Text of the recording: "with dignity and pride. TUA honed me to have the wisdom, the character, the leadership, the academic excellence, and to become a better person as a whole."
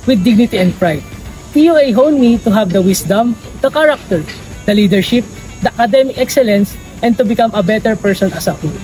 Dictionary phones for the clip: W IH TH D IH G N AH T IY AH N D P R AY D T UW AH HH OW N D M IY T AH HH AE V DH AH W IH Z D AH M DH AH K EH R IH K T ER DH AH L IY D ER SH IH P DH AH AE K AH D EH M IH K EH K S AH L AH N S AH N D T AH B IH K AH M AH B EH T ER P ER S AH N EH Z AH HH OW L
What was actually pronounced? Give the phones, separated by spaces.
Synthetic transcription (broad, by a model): W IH D IH G N AH T IY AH N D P R AY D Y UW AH HH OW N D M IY T AH HH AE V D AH W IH S D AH M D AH K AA R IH K T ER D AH L IY D ER SH IH P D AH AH K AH D EH M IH K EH K S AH L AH N S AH N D T AH B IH K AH M AH B EH T ER P ER S AH N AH S AH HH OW